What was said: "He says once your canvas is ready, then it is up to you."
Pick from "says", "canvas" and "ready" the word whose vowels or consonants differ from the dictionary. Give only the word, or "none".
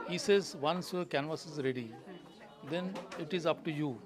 none